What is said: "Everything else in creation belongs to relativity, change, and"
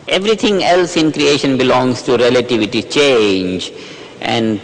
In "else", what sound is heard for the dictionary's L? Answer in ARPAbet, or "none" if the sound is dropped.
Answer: L